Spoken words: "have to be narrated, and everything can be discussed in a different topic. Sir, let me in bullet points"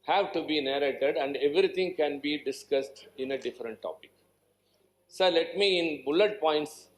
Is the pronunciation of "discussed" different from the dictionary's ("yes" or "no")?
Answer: no